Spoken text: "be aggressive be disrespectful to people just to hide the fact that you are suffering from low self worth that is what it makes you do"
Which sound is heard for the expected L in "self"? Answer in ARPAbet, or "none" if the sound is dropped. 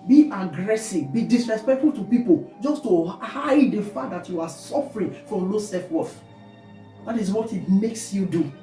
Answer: none